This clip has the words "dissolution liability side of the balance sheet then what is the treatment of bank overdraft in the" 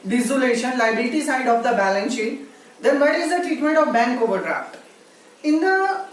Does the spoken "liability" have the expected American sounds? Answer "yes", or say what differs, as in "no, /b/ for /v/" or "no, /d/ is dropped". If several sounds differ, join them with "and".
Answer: no, /b/ is dropped